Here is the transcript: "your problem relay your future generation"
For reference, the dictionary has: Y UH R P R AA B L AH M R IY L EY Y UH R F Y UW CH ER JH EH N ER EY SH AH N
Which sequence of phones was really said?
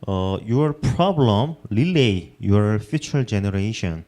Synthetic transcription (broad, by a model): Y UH R P R AA B L AH M L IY L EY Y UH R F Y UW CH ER JH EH N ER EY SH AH N